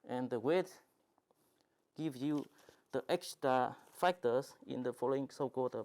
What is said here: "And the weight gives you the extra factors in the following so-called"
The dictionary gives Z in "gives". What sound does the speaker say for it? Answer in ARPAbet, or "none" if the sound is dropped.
none